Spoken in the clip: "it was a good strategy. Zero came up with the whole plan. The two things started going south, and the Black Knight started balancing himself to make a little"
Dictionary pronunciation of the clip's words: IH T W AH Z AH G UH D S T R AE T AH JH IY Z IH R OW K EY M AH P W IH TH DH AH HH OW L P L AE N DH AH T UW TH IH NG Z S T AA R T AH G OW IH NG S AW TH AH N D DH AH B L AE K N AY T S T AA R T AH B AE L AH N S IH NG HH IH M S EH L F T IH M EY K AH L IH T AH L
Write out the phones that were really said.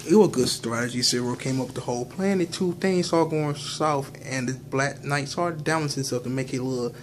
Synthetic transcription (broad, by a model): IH T W AH Z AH G UH D S T R AE T AH JH IY S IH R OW K EY M AH P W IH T DH AH HH OW L P L AE N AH T UW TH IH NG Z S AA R G OW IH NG S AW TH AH N DH AH B L AE K N AY T S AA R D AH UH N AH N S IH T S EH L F T IH M EY K AH L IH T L